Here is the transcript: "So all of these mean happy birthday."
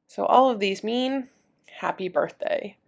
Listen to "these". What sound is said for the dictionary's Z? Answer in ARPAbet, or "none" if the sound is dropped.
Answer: Z